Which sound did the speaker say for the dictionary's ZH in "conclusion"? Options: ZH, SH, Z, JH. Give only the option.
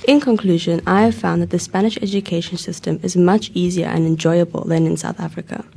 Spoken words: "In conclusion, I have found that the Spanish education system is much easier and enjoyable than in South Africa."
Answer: ZH